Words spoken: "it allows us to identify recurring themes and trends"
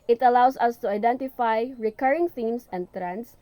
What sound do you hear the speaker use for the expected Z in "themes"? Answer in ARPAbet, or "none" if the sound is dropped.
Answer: S